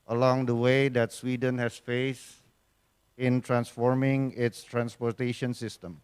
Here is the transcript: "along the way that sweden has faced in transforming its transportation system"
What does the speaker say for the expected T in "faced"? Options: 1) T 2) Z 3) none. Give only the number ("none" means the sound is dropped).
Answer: 3